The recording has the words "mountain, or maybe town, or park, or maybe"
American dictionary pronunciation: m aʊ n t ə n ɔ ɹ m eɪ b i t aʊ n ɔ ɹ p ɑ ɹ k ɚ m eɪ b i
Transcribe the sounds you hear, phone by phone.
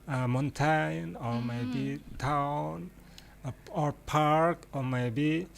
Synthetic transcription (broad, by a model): m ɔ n t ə n ɔ ɹ m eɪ b i t aʊ n ɔ ɹ p ɑ ɹ k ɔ m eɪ b i